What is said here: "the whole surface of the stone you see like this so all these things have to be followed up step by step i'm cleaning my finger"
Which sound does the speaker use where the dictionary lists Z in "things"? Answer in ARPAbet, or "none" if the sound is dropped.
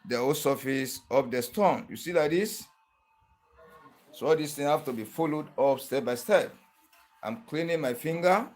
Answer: none